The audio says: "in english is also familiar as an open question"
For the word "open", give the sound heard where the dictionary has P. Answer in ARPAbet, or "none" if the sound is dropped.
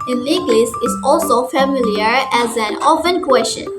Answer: F